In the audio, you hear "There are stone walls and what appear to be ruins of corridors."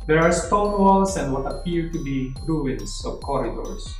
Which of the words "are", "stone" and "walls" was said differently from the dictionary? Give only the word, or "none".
walls